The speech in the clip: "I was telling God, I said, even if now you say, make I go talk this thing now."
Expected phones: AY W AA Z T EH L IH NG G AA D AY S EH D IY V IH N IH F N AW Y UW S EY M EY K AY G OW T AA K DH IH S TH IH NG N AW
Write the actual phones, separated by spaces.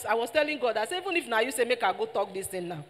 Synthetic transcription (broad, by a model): AY W AA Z T EH L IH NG G AA D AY S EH IY V IH N IH F N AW Y UW S EY M EY K AY G OW T AA K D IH S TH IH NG N AW